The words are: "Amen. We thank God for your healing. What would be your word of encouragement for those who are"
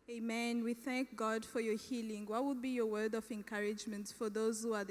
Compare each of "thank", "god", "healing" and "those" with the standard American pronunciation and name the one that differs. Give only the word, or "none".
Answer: none